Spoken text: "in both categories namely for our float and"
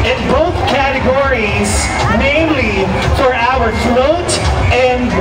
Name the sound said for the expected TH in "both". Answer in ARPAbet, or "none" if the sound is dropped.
TH